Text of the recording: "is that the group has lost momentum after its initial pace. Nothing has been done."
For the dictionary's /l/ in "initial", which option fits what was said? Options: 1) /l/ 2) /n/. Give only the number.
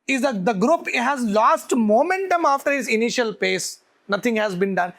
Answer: 1